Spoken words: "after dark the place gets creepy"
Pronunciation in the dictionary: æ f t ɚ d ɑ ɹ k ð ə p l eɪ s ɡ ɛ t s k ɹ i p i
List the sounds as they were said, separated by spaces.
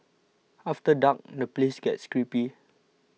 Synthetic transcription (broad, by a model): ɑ f t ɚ d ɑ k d ə p l eɪ s ɡ ɛ t s k ɹ i p i